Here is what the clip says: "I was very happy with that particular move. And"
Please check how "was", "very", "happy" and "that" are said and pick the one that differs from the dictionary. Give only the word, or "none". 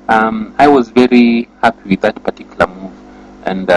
none